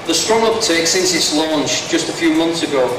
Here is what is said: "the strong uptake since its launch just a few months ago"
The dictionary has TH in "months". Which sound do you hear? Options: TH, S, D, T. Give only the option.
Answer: TH